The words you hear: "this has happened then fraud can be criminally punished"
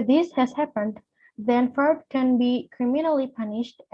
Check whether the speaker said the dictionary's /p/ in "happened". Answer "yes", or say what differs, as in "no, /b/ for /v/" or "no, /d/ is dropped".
yes